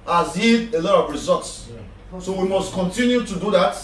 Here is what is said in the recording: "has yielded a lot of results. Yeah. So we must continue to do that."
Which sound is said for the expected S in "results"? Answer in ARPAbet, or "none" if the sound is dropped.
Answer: S